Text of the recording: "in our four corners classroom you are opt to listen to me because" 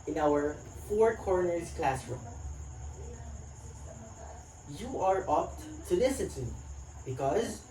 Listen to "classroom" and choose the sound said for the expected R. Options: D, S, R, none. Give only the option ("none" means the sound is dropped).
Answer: R